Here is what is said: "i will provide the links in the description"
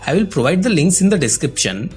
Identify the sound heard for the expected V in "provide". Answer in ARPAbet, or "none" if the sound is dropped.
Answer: V